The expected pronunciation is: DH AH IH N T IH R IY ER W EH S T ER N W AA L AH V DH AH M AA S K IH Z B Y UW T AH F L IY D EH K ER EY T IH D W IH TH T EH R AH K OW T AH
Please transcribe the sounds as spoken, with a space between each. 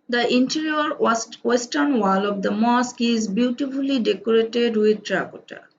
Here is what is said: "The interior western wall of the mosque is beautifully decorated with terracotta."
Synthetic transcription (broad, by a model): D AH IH N T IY R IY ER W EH S T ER N W AA L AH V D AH M AA S K IH Z B Y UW T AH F L IY D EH K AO EY T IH D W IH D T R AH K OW T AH